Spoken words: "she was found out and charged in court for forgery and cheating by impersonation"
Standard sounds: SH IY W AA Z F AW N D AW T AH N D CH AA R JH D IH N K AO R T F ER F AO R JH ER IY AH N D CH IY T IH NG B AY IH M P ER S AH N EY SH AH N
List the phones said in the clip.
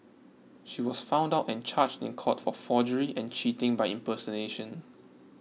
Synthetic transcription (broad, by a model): SH IY W AA S F AW N D AW T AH N CH AA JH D IH N K AO T F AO F AO JH ER IY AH N CH IY T IH NG B AY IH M P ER S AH N EY SH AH N